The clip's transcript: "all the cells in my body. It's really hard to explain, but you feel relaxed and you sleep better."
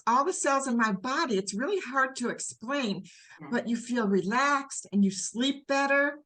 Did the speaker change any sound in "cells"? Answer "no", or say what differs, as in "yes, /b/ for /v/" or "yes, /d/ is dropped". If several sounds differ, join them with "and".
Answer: no